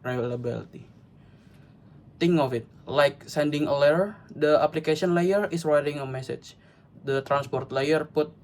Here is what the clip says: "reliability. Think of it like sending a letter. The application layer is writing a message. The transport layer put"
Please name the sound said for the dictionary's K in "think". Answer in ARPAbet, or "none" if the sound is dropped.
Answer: none